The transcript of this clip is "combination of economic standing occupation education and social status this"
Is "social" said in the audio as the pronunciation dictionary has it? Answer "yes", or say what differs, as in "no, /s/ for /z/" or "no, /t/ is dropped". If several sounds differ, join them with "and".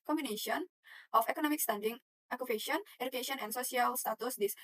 no, /s/ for /ʃ/